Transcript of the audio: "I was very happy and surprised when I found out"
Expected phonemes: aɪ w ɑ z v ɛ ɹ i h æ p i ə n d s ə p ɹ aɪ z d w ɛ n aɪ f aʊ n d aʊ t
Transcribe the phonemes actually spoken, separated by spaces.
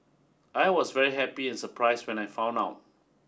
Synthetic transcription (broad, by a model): aɪ w ɑ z v ɛ ɹ i h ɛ p i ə n s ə p ɹ aɪ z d w ɛ n aɪ f aʊ n aʊ t